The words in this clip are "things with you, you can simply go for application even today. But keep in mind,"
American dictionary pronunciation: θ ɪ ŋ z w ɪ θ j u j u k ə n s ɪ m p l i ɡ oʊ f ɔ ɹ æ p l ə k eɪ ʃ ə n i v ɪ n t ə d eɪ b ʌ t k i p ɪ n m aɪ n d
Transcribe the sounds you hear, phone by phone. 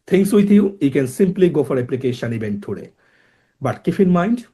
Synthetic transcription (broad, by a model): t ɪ ŋ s w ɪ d j u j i k ə n s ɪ m p l i ɡ oʊ f ɔ ɹ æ p l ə k eɪ ʃ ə n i b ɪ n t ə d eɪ b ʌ t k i f ɪ n m aɪ n d